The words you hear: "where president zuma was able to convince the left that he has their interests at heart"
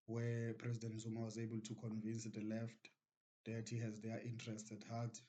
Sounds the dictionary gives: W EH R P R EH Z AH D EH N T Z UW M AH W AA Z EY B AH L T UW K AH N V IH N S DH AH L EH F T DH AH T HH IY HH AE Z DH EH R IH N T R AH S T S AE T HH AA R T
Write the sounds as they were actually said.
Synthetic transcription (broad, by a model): W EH P R EH Z AH D EH N T Z UW M AH W AA Z EY B AH L T UW K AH N V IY N S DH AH L EH F T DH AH T HH IY HH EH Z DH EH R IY N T R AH S T EH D HH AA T